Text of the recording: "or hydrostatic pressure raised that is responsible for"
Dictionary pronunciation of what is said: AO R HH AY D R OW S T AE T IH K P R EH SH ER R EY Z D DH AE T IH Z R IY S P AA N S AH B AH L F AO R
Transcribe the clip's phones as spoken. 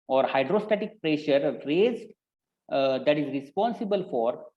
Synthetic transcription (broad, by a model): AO R HH AY D R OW S T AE T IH K P R EH SH ER R EY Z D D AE T IH Z R IY S P AA N S AH B AH L F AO R